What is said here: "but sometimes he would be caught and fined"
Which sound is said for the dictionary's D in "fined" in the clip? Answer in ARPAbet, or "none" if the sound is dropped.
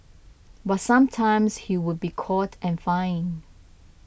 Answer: none